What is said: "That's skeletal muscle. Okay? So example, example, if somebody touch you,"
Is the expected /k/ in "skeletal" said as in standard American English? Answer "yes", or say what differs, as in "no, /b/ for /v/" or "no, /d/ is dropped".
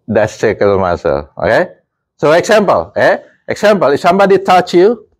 no, /k/ is dropped